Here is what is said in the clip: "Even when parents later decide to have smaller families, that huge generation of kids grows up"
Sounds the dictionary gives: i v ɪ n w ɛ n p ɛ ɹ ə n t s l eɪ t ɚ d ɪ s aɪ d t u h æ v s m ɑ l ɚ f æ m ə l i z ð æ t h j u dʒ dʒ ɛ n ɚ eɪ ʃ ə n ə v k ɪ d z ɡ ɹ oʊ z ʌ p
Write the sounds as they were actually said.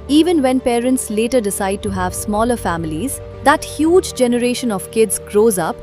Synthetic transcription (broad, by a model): i v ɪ n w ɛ n p ɛ ɹ ə n t s l eɪ t ɚ d ɪ s aɪ d t u h æ v s m ɑ l ɚ f æ m ə l i z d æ t h j u dʒ dʒ ɛ n ɚ eɪ ʃ ə n ə v k ɪ d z ɡ ɹ oʊ z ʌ p